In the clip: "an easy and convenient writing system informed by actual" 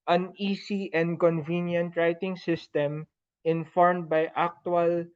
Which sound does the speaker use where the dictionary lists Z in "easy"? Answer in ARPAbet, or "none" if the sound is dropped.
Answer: S